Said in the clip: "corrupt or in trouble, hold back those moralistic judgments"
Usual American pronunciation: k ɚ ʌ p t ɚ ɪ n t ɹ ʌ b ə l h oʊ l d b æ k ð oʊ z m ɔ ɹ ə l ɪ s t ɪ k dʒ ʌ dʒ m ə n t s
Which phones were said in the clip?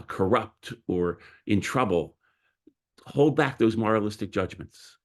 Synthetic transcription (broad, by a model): k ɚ ʌ p t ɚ ɪ n t ɹ ʌ b ə l h oʊ l d b æ k ð oʊ z m ɔ ɹ ə l ɪ s t ɪ k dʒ ʌ dʒ m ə n t s